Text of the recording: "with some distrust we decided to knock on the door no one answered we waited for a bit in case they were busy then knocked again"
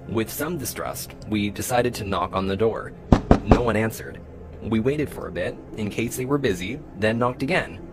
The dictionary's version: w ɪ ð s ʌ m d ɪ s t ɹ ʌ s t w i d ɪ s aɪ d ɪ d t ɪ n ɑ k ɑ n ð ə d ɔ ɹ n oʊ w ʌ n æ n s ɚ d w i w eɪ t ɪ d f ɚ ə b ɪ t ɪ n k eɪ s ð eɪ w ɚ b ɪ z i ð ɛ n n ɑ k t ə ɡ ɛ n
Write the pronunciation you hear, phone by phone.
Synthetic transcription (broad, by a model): w ɪ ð s ʌ m d ɪ s t ɹ ʌ s t w i d ɪ s aɪ d ɪ d t ɪ n ɑ k n ð ə d ɔ ɹ n oʊ w ʌ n æ n s ɚ d w i w eɪ t ɪ d f ɚ ə b ɪ t ɪ n k eɪ s ð eɪ w ɚ b ɪ z i ð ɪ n n ɑ k t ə ɡ ɛ n